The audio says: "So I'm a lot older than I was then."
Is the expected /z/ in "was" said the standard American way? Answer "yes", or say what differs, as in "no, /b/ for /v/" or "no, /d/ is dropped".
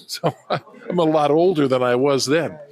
yes